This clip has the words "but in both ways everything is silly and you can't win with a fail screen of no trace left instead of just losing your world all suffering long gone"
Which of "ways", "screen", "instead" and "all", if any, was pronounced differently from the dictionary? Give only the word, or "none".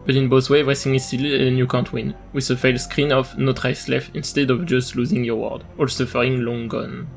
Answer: ways